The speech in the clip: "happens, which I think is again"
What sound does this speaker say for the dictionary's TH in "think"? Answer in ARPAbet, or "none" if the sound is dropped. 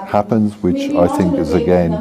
TH